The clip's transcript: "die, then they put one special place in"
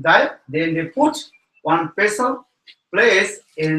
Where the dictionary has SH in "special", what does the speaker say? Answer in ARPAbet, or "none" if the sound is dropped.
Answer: S